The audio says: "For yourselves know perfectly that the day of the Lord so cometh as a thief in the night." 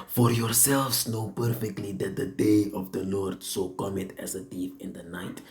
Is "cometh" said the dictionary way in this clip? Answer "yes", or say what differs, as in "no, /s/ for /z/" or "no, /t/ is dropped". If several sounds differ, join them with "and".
no, /t/ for /θ/